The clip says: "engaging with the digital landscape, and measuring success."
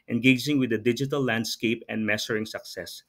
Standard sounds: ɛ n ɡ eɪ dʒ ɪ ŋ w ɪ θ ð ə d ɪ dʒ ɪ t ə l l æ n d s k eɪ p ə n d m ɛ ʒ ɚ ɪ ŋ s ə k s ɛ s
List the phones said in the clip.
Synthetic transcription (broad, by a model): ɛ n ɡ eɪ dʒ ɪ ŋ w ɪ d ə d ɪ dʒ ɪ t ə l l æ n d s k eɪ p ə n d m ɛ s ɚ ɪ ŋ s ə k s ɛ s